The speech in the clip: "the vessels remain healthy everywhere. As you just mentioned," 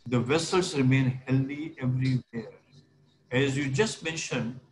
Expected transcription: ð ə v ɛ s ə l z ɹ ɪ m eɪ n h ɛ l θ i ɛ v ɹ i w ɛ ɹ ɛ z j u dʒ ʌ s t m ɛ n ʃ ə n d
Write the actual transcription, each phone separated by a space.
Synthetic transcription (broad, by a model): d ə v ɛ s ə l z ɹ ɪ m eɪ n h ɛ l i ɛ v ɹ i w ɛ ɹ ɛ z j u dʒ ʌ s t m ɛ n ʃ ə n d